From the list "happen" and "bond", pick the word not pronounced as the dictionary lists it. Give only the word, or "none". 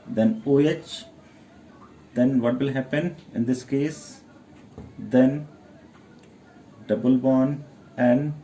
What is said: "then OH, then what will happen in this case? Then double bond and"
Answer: bond